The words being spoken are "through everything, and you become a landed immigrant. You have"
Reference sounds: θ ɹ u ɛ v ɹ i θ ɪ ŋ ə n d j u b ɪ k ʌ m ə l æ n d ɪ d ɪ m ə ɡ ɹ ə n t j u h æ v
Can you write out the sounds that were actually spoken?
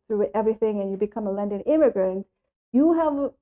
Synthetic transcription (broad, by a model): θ ɹ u ɛ v ɹ i θ ɪ ŋ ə n j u b ɪ k ʌ m ə l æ n d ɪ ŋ ɪ m ə ɡ ɹ ə n t j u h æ v